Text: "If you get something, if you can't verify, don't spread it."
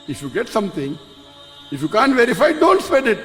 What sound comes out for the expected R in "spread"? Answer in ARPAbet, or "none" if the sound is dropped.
none